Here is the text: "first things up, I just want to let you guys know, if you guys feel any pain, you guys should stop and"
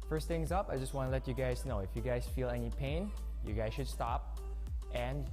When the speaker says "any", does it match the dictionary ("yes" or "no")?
yes